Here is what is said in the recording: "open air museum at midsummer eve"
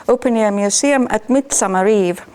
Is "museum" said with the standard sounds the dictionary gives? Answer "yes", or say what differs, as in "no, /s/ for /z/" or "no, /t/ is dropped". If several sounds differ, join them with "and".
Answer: no, /s/ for /z/